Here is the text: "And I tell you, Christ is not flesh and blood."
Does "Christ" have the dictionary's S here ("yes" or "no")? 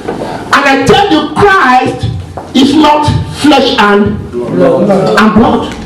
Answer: yes